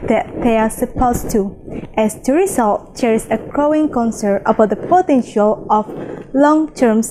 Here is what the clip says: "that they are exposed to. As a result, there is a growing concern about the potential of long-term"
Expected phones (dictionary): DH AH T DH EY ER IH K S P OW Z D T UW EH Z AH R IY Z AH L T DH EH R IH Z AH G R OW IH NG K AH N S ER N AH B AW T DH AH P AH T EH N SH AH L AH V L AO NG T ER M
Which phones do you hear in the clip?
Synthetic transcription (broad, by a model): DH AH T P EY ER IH S P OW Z T UW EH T AH R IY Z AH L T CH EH R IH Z AH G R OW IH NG K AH N S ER AH B AW T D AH P AH T EH N SH AH L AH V L AO NG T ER M